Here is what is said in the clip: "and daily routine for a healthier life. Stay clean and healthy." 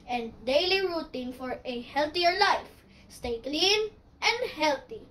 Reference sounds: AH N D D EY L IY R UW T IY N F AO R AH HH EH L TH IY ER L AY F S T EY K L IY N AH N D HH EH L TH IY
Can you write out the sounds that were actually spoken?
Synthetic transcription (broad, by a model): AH N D D EY L IY R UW T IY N F AO R AH HH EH L T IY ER L AY F S T EY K L IY N AH N D HH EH L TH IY